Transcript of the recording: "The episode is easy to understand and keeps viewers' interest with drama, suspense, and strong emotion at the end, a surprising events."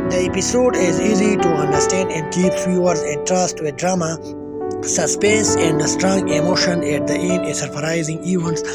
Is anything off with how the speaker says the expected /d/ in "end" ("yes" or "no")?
yes